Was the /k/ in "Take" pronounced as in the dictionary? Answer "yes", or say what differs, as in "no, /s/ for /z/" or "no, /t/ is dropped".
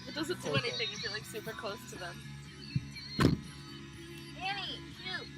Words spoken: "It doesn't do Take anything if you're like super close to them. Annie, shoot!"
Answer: no, /k/ is dropped